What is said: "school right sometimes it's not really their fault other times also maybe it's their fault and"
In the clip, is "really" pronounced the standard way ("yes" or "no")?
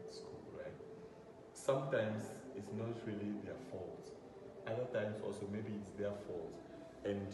yes